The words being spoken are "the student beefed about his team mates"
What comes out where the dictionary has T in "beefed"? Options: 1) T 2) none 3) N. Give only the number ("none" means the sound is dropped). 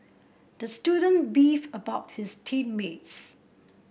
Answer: 2